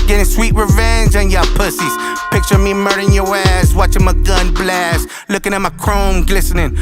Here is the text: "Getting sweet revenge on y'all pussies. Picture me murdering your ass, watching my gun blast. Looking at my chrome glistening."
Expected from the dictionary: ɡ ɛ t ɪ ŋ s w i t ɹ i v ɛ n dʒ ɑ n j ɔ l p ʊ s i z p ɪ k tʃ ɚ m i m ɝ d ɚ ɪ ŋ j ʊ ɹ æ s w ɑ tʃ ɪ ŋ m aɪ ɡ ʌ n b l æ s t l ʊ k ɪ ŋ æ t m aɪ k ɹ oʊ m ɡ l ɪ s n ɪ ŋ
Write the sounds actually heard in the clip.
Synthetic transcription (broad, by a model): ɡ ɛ t ɪ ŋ s w i t ɹ i v ɛ n dʒ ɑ n j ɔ p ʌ s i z p ɪ k tʃ ɚ m i m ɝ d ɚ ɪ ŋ j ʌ ɹ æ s w ɑ tʃ ɪ ŋ m aɪ ɡ ʌ n b l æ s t l ʊ k ɪ ŋ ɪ t m aɪ k ɹ oʊ m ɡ l ɪ s n ɪ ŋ